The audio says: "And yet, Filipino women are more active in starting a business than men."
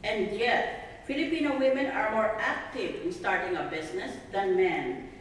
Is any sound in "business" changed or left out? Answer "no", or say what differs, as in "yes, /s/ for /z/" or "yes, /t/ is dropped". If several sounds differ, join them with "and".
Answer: yes, /s/ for /z/